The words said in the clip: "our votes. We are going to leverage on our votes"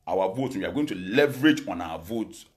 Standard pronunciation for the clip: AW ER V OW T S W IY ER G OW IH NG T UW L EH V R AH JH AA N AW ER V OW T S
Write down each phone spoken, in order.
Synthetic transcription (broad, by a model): AW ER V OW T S W IY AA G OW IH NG T UW L EH V R AH JH AA N AW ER V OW T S